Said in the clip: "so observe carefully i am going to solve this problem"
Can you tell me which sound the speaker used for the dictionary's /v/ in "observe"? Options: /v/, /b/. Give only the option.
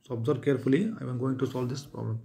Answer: /b/